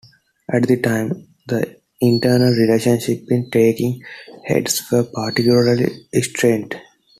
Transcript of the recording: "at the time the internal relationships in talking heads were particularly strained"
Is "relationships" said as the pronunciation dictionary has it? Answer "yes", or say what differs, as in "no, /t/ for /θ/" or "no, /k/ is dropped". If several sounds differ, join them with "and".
no, /s/ is dropped